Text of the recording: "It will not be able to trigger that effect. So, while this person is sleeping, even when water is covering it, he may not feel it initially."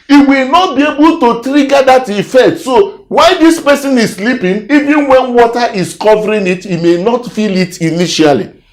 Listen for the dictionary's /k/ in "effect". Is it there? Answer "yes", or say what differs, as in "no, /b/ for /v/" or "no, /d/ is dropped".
no, /k/ is dropped